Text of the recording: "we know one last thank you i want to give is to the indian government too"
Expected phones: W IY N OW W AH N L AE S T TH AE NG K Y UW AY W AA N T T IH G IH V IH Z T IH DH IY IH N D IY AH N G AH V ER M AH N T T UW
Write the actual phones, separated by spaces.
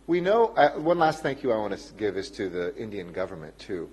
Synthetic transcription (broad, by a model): W IY N OW W AH N L AE S T TH AE NG K Y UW AY W AA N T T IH G IH V IH Z T IH DH IY IH N D IY AH N G AH V ER M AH N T T UW